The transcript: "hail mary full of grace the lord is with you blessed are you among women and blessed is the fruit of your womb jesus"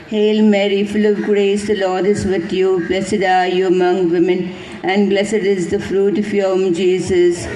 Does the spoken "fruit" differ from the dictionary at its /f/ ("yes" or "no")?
no